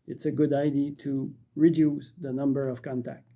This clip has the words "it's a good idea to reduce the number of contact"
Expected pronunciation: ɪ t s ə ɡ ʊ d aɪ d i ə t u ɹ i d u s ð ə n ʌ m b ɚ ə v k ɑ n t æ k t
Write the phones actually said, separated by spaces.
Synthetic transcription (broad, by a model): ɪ t s ə ɡ ʊ d aɪ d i t u ɹ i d u s ð ə n ʌ m b ɚ ə v k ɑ n t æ k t